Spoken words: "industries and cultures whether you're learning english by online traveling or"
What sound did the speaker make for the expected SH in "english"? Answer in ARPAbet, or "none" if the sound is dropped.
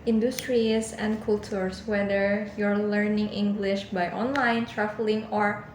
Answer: SH